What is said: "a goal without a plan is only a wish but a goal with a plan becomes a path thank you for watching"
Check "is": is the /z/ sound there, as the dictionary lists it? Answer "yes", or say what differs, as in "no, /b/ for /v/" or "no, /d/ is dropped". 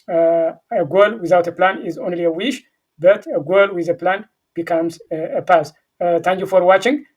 yes